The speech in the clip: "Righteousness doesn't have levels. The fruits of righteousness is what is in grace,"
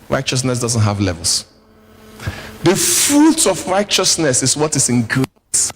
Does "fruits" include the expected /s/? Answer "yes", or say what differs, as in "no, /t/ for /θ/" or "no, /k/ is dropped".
no, /s/ is dropped